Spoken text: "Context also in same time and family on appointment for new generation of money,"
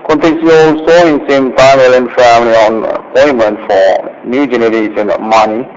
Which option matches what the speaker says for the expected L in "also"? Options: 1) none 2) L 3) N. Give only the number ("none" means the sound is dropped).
2